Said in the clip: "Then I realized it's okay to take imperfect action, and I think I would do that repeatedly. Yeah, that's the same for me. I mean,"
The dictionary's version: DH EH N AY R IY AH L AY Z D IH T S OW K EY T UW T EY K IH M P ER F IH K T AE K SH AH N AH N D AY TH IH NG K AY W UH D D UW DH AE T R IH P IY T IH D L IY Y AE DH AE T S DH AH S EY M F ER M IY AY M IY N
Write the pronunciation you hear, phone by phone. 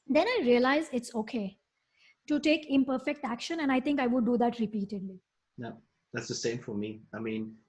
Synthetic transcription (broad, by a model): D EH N AY R IY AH L AY Z IH T S OW K EY T UW T EY K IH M P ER F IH K T AE K SH AH N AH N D AY T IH NG K AY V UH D D UW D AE T R IH P IY T IH D L IY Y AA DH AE T S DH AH S EY M F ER M IY AY M IY N